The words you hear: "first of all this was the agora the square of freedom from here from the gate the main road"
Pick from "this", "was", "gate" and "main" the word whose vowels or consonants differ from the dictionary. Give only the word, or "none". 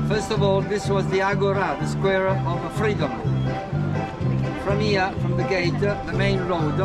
none